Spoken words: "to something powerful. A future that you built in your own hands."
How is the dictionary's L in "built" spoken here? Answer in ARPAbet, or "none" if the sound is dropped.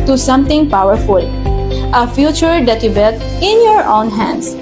none